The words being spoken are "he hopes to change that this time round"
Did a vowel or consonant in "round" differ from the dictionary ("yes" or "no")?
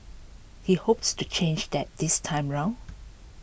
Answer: yes